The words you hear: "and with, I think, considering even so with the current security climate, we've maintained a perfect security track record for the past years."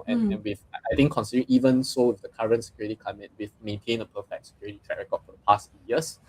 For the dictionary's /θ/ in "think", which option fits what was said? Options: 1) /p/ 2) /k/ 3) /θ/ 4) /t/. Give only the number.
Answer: 4